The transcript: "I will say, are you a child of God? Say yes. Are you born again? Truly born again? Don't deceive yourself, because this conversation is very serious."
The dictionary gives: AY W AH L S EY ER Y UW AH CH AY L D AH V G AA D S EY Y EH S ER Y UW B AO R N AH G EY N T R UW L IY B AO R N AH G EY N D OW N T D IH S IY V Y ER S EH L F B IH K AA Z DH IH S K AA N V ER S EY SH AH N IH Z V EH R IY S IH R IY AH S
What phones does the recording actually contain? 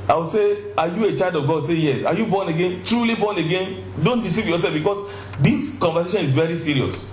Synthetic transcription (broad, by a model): AY W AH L S EY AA Y UW AH CH AY L D AH V G AA D S EY Y EH S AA Y UW B AO N AH G EY N T R UW L IY B AO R N AH G EY N D OW N T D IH S IY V Y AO S EH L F B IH K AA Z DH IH S K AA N V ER S EY SH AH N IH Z V EH R IY S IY R IY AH S